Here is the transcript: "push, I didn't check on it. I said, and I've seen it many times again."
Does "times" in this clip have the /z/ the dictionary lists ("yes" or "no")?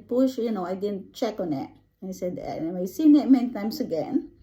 no